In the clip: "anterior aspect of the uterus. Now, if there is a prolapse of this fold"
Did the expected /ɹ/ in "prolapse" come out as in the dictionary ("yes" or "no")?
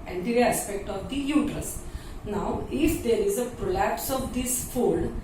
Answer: yes